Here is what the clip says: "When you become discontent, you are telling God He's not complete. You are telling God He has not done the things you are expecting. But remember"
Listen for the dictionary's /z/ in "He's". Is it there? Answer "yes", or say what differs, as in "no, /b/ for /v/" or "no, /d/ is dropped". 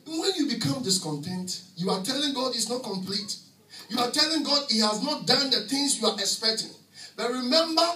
no, /s/ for /z/